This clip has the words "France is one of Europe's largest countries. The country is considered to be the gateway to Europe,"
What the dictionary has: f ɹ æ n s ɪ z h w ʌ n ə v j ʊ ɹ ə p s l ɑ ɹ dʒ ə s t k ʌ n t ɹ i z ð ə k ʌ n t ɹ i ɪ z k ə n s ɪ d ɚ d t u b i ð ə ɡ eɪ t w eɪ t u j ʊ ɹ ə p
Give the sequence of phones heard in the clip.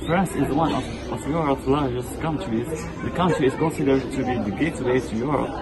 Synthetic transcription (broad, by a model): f ɹ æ n s ɪ z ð w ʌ n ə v j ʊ ɹ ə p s l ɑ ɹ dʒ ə s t k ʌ n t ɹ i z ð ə k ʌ n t ɹ i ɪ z k ə n s ɪ d ɚ d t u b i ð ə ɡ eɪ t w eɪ t u j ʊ ɹ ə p